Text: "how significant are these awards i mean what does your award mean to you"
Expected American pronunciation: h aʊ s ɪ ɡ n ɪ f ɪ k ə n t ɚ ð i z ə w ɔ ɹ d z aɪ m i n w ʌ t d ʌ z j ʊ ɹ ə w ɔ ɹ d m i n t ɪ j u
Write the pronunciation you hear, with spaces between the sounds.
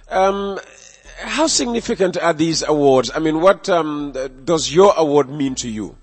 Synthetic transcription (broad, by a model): h aʊ s ɪ ɡ n ɪ f ɪ k ə n t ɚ ð i z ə w ɔ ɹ d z aɪ m i n w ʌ t d ʌ z j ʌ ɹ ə w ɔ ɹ d m i n t ɪ j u